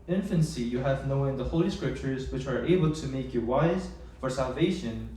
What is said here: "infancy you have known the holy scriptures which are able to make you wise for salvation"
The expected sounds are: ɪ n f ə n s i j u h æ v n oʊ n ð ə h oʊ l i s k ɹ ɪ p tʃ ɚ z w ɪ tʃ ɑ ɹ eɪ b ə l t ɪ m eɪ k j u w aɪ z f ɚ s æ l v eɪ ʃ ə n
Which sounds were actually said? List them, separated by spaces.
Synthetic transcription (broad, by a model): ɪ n f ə n s i j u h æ v n oʊ n ð ə h oʊ l i s k ɹ ɪ p tʃ ɚ z w ɪ tʃ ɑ ɹ eɪ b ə l t ɪ m eɪ k j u w aɪ z f ɚ s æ l v eɪ ʃ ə n